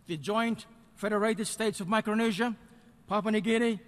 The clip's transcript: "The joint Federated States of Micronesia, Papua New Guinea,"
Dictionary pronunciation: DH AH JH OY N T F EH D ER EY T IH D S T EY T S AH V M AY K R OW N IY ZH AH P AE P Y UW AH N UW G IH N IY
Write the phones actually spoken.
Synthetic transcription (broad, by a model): DH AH JH OY N T F EH D ER EY T IH D S T EY T S AH V M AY K R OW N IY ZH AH P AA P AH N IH G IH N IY